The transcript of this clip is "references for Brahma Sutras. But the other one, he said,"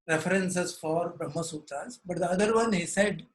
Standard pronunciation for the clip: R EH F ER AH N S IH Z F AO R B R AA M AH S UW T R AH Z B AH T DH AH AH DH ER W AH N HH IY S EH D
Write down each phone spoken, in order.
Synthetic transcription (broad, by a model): R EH F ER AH N S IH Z F AO R B R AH M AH S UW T AH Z B AH T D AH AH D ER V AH N HH IY S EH D